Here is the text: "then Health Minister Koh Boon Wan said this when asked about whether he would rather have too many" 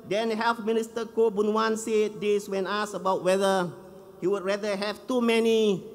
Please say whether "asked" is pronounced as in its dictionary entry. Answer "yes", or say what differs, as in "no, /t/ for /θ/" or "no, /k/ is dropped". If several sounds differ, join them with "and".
no, /t/ is dropped